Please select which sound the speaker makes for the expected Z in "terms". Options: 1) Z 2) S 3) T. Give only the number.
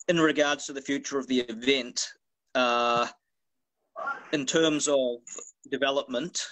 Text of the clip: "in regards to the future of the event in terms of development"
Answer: 1